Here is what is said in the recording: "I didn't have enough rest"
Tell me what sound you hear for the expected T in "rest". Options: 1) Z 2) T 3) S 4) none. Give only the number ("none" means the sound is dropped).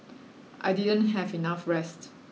2